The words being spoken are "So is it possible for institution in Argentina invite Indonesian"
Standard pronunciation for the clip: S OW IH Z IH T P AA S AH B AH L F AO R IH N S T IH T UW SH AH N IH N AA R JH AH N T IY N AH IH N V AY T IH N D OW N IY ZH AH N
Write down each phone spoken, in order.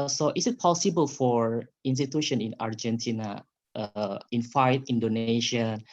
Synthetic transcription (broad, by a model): S OW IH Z IH T P AA S AH B AH L F AO R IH N S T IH T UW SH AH N IH N AA R JH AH N T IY N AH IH N F AY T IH N D OW N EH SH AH N